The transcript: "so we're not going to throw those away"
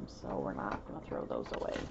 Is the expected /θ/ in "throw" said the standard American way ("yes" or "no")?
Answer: yes